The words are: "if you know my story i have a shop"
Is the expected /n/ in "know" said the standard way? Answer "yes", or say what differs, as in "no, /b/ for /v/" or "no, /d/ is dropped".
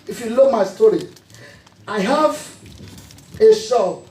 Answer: no, /l/ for /n/